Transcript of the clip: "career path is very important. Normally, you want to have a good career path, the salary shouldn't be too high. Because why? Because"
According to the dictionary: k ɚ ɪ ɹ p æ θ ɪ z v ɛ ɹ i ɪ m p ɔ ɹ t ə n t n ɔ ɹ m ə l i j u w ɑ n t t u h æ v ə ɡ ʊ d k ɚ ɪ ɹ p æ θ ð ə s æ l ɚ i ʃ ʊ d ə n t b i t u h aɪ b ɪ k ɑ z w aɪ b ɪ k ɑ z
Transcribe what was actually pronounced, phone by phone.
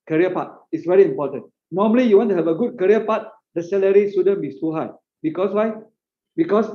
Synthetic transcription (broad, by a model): k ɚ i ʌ p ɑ t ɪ s v ɛ ɹ i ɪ m p ɔ t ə n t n ɔ m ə l i j u w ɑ n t t u h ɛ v ə ɡ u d k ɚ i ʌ p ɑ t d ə s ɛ l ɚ i s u d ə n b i t u h aɪ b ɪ k ɑ s w aɪ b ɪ k ɑ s